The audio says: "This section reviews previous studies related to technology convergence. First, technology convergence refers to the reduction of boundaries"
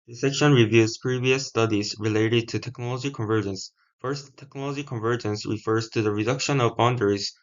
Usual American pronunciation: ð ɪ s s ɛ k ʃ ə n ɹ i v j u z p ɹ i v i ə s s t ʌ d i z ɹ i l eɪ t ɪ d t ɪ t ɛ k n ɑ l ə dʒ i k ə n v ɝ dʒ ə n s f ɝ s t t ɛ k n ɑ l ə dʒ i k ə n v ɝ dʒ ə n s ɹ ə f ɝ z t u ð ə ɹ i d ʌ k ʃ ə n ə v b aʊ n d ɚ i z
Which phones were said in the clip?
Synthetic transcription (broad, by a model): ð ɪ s s ɛ k ʃ ə n ɹ i v j u z p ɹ i v i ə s s t ʌ d i z ɹ i l eɪ t ɪ d t ɪ t ɛ k n ɑ l ə dʒ i k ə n v ɝ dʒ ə n s f ɝ s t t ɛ k n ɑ l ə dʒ i k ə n v ɝ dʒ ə n s ɹ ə f ɝ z t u ð ə ɹ i d ʌ k ʃ ə n ə v b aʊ n d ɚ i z